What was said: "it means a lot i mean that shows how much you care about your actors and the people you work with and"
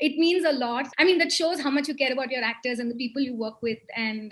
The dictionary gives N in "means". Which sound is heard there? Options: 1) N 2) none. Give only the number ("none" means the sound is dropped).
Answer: 1